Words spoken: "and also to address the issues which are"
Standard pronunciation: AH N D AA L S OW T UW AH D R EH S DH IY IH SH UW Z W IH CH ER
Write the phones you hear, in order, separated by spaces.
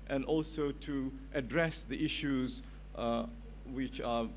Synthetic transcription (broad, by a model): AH N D AA L S OW T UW AH D R EH S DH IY IH SH UW Z W IH CH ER